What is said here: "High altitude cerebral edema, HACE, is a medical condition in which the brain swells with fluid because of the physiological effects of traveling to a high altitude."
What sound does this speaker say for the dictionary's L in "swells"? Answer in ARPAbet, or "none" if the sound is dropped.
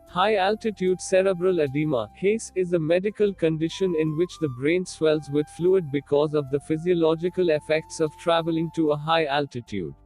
L